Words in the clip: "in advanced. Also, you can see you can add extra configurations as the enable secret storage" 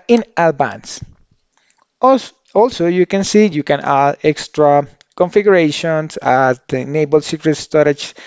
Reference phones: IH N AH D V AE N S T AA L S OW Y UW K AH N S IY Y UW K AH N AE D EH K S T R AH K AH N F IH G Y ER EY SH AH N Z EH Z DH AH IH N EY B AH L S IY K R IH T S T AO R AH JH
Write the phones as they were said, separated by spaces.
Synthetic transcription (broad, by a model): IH N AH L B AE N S AA L S OW Y UW K AH N S IY Y UW K AH N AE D EH K S T R AH K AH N F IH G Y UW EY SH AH N S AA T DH N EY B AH L S IY K R IH T S T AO R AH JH